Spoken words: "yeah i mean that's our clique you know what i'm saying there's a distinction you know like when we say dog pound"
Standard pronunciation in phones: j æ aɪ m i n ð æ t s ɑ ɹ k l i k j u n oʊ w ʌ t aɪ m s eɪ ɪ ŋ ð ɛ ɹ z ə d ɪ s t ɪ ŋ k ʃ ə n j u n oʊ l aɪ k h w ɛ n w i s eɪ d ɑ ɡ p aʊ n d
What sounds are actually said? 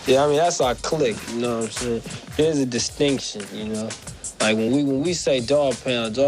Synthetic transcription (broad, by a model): j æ aɪ m i n ð æ t s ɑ k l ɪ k j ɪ n oʊ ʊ aɪ m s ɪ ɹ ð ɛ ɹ z ə d ɪ s t ɪ ŋ k ʃ ə n j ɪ n oʊ l aɪ k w w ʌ n w i s eɪ d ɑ p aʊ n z